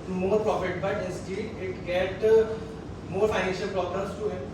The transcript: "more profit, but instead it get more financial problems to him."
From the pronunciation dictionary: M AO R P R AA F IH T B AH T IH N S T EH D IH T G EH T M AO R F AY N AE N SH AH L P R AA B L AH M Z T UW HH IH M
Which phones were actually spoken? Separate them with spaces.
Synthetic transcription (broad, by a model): M AO R P R AA F IH T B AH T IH S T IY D IH T G EH T M AO R F AY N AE N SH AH L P R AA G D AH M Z T UW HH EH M